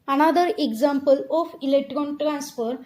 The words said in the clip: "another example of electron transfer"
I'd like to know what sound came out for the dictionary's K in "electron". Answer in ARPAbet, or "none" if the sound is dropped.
K